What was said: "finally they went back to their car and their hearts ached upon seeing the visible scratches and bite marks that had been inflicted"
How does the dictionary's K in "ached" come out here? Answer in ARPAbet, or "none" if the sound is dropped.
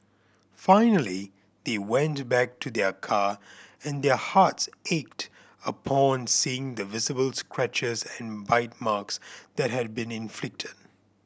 K